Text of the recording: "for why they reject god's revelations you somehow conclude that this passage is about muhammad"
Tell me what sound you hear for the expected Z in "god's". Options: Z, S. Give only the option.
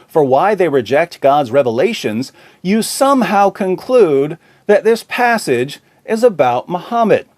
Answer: Z